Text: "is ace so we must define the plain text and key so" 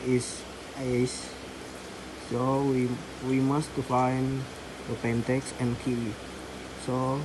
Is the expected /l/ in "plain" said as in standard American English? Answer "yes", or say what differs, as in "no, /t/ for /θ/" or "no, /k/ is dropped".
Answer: no, /l/ is dropped